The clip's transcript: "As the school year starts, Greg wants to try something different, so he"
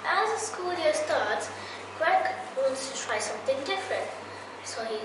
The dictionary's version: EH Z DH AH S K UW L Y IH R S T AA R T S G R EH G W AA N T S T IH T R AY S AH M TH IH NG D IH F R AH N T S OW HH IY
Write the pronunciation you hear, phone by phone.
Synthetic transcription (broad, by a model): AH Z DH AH S K UW L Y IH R S T AA R T S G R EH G W AA N T S T IH T R AY S AH M TH IH NG D IH F R AH N T S OW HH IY